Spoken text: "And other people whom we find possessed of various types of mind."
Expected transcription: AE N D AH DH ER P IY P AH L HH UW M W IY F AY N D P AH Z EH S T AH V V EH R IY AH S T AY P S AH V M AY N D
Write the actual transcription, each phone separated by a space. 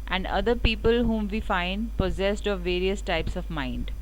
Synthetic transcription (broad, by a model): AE N D AH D ER P IY P AH L HH UW M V IY F AY N D P AH Z EH S T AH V V EH R IY AH S T AY P S AH V M AY N D